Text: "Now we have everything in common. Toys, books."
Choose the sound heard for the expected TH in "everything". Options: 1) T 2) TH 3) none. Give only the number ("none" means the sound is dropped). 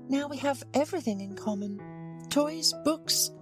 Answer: 2